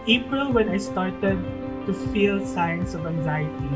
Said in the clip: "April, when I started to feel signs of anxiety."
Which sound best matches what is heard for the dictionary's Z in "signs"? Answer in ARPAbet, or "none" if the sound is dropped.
S